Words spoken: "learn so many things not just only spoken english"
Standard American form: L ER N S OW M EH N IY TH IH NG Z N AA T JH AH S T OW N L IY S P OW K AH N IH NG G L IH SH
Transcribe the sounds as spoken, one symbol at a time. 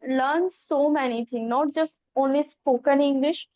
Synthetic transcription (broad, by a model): L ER N S OW M EH N IY T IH NG N AA T JH AH S T OW N L IY S P OW K AH N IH NG G L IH SH